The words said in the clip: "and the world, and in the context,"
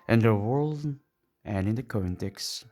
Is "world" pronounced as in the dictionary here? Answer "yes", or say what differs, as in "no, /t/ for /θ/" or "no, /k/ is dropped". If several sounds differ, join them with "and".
yes